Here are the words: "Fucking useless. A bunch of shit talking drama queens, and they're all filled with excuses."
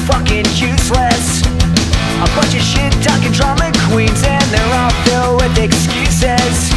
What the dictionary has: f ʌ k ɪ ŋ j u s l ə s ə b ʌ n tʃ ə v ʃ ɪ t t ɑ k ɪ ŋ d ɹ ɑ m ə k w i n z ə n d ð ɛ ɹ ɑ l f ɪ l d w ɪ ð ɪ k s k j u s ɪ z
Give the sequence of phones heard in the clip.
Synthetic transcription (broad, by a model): f ʌ k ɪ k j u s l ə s ə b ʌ tʃ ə ʃ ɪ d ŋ k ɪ d ɹ ɑ m ə k w i n z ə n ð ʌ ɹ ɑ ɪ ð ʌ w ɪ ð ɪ k s k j u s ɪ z